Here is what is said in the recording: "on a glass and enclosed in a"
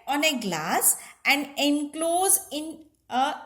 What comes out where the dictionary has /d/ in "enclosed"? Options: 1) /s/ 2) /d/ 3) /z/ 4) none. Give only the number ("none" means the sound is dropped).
4